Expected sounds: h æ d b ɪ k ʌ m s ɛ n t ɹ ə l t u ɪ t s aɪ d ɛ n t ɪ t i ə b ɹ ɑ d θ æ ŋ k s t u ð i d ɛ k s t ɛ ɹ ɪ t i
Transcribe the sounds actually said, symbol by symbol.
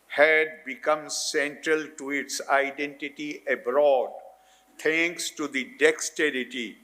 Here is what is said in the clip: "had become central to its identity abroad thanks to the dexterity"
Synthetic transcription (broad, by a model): h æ d b ɪ k ʌ m s ɛ n t ɹ ə l t u ɪ t s aɪ d ɛ n t ɪ t i ə b ɹ ɑ d t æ ŋ k s t u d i d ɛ k s t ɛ ɹ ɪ t i